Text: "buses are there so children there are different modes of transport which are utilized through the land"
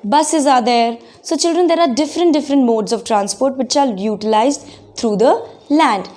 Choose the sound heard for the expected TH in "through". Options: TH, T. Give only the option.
T